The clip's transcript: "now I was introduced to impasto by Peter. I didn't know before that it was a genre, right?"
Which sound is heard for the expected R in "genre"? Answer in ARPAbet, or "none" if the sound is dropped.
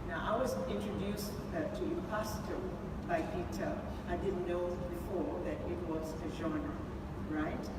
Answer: none